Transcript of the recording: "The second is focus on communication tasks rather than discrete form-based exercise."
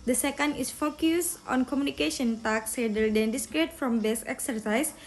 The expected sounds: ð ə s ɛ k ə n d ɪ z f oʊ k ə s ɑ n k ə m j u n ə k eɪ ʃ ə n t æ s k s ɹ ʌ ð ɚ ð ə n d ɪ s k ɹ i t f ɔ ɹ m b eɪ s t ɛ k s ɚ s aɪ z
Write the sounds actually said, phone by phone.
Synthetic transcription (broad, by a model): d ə s ɛ k ə n d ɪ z f oʊ k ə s ɑ n k ə m j u n ə k eɪ ʃ ə n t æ k s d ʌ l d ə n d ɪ s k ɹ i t f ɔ m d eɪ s ɛ k s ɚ s aɪ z